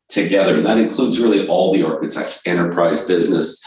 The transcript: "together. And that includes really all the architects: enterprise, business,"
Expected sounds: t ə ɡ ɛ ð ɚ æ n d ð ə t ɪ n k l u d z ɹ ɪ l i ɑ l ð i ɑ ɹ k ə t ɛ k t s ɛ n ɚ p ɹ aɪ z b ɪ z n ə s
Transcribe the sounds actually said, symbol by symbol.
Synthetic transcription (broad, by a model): t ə ɡ ɛ ð ɚ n ð ə t ɪ n k l u d z ɹ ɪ l i ɑ l ð i ɑ ɹ k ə t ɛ k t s ɛ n ɚ p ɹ aɪ z b ɪ z n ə s